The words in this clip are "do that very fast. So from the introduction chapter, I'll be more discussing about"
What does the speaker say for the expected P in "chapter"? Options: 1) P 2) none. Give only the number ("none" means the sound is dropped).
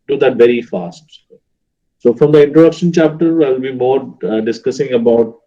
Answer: 1